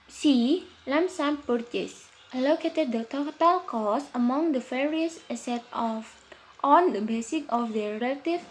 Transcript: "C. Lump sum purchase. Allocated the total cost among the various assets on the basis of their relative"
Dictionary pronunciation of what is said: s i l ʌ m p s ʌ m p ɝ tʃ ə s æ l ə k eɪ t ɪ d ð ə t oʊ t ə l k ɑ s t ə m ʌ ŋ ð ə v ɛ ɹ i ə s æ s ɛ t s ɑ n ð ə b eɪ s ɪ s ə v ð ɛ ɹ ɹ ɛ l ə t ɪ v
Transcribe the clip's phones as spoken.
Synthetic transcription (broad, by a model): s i l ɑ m s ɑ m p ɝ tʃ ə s l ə k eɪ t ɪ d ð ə t oʊ t ə l k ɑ s ə m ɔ ŋ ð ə f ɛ ɹ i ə s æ s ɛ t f ɑ n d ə b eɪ s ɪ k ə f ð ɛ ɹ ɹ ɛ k t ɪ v